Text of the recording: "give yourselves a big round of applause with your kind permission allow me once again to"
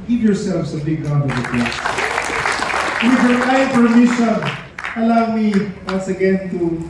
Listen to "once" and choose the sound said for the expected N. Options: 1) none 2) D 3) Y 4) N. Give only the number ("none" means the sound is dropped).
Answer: 1